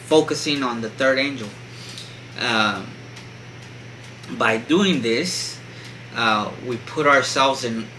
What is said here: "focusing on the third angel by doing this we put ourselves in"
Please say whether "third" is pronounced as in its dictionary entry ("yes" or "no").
yes